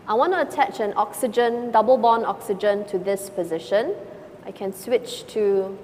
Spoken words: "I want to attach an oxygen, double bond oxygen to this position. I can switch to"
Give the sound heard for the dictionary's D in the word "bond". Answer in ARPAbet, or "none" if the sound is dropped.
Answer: none